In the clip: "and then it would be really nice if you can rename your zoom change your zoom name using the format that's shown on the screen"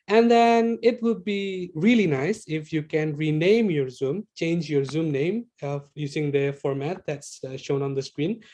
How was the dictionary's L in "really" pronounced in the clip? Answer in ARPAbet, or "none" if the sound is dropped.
L